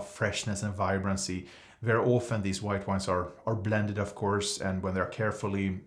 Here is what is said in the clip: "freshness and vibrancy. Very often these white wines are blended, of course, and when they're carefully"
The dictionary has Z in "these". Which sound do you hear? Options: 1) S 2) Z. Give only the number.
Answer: 2